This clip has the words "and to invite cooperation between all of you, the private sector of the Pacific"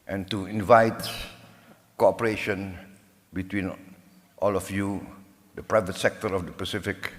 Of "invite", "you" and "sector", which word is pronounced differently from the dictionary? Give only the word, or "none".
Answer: none